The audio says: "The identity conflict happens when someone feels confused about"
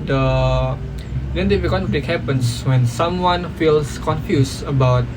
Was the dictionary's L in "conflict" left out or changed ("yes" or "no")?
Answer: yes